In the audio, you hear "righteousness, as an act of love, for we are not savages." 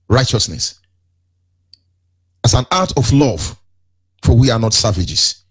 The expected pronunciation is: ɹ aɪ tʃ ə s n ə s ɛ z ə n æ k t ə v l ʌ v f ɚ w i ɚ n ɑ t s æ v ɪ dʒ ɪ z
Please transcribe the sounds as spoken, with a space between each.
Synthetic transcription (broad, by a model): ɹ aɪ tʃ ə s n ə s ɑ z ə n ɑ t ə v l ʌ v f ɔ w i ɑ n ɑ t s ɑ v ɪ dʒ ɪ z